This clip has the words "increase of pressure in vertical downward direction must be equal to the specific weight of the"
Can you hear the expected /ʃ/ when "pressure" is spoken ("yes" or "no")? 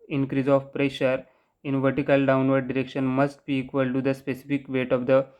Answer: yes